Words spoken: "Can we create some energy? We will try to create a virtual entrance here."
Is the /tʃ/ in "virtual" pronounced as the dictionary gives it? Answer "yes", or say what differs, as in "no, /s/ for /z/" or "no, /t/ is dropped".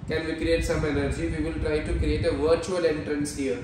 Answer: yes